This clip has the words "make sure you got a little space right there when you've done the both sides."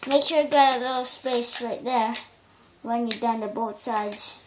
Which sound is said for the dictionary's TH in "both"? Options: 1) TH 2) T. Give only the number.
2